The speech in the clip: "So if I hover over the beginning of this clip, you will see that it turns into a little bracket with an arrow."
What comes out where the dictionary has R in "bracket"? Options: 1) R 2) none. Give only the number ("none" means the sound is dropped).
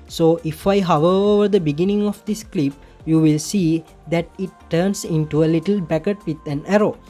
2